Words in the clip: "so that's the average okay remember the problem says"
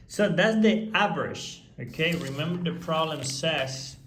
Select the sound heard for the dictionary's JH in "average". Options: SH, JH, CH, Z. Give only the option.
SH